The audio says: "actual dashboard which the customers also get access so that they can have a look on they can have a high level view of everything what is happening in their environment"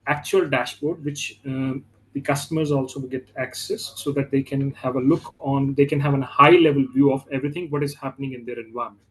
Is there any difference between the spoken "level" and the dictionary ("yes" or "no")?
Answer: no